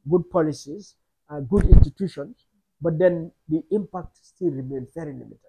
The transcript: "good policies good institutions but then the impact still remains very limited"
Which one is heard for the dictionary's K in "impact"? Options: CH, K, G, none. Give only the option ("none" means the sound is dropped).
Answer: K